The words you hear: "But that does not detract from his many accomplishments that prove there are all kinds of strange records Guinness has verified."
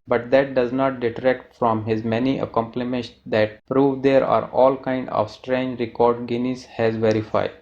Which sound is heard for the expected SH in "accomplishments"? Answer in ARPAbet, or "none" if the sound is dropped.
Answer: none